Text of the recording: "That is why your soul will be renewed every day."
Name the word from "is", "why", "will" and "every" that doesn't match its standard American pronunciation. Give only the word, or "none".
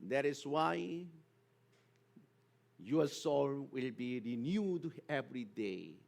is